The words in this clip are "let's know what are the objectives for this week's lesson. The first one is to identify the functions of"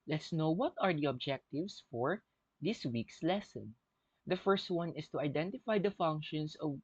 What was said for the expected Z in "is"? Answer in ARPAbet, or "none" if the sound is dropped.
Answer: S